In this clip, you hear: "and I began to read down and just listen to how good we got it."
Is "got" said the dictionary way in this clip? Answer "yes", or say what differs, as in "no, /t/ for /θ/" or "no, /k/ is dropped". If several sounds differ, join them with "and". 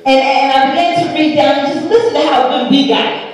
no, /t/ is dropped